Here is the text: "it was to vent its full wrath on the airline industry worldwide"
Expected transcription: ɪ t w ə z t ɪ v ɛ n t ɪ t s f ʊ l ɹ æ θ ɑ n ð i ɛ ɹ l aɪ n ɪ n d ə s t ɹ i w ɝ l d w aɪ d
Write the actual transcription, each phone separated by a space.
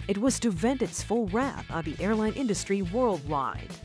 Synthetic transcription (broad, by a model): ɪ t w ə z t ɪ v ɛ n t ɪ t s f ʊ l ɹ æ θ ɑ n ð i ɛ ɹ l aɪ n ɪ n d ə s t ɹ i w ɝ l d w aɪ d